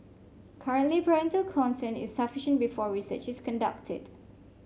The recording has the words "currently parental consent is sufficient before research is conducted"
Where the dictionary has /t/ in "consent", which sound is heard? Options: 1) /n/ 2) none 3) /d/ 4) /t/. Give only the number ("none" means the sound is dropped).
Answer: 2